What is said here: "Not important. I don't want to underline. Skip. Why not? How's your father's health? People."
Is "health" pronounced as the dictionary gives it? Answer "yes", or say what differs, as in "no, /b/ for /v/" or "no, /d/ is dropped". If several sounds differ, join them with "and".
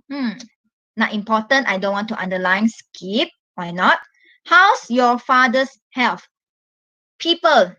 no, /f/ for /θ/